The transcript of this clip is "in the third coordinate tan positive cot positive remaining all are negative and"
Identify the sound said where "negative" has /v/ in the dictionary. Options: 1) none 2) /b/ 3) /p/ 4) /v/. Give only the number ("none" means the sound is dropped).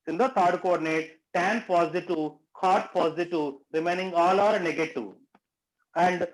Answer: 1